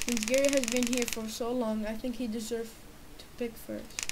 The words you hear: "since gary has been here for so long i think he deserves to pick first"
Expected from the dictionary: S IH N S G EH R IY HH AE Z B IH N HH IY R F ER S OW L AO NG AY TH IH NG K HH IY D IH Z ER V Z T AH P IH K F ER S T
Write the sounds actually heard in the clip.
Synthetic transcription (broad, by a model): S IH N S G EH R IY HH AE Z B IH N HH IY R F ER S OW L AO NG AY TH IH NG K HH IY D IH Z ER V T AH P IH K F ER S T